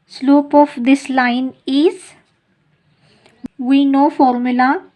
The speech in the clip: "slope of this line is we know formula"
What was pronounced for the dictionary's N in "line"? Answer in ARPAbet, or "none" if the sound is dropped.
N